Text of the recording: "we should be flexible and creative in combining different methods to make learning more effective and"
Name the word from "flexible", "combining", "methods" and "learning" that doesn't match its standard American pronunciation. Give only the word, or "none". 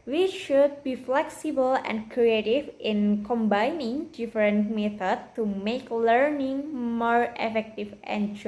methods